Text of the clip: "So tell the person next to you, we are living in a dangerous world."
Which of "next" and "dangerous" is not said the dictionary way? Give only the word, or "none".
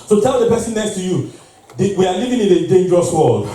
none